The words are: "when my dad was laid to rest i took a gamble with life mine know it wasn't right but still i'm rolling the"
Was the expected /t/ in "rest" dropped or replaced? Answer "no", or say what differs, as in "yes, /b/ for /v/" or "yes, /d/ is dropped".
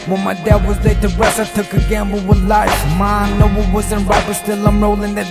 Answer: yes, /t/ is dropped